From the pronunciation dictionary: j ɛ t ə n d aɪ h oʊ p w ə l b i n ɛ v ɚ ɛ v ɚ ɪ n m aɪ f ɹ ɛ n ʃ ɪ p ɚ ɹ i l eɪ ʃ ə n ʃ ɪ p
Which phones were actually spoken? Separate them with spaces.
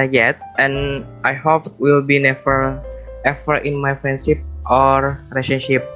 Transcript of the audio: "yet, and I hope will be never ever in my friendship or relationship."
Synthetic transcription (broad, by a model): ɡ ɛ t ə n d aɪ h oʊ p w ə l b i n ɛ f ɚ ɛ f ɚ ɪ n m aɪ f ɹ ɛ n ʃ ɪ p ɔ ɹ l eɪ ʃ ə n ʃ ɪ p